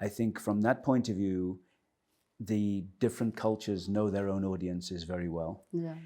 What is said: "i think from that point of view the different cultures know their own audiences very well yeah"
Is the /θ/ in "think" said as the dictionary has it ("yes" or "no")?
yes